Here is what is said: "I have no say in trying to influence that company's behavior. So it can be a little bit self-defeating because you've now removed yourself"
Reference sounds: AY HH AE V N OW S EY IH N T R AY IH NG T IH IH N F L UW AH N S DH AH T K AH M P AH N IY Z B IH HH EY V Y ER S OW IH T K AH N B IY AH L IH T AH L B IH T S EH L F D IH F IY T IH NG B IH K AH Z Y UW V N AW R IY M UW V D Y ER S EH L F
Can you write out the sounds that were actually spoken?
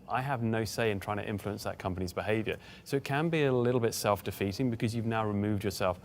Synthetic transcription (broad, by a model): AY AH V N OW S EY IH N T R AY IH NG T IH IH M F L UW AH N S DH AH T K AH M P AH N IY Z B IH HH EY V Y ER S OW IH T K AH N B IY AH L IH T L B IH T S EH L F D IH F IY T IH NG B IH K AH Z Y UW V N AW R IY M UW V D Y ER S EH L F